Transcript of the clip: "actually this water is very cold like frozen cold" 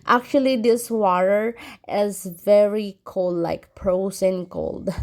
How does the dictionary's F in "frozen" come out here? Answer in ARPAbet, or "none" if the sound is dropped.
P